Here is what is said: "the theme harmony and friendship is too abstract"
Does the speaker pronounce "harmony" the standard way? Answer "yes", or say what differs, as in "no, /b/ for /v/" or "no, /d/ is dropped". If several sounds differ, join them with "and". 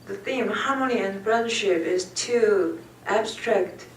no, /l/ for /n/